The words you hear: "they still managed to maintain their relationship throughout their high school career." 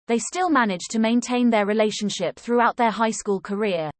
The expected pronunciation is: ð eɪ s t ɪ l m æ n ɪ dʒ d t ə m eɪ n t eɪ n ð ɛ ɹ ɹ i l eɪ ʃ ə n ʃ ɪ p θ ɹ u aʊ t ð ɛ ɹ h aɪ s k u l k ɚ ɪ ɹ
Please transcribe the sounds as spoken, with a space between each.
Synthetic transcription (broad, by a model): ð eɪ s t ɪ l m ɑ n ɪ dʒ t ə m eɪ n t eɪ n ð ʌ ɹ ɹ i l eɪ ʃ ə n ʃ ɪ p θ ɹ u aʊ t ð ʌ h aɪ s k u l k ɚ ɪ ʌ